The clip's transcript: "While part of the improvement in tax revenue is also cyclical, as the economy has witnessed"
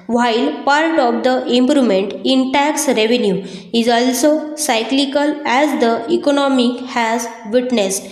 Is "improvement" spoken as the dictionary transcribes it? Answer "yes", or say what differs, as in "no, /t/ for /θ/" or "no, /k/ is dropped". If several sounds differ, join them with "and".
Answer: no, /v/ is dropped